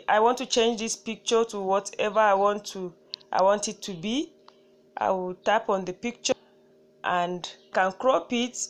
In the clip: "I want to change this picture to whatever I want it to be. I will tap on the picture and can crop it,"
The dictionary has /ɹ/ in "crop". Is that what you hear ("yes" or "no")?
yes